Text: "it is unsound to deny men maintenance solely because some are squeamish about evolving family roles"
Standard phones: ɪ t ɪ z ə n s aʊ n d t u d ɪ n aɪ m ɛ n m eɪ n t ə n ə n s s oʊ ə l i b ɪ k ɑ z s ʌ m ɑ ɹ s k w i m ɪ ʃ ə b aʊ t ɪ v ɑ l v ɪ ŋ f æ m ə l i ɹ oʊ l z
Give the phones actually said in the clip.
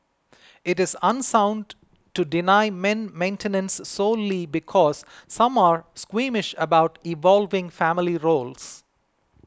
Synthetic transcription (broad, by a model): ɪ t ɪ z ə n s aʊ n d t u d ɪ n aɪ m ɛ n m eɪ n t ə n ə n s s oʊ l i b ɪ k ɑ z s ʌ m ɑ ɹ s k w i m ɪ ʃ ə b aʊ t ɪ v ɑ l v ɪ ŋ f æ m ə l i ɹ oʊ l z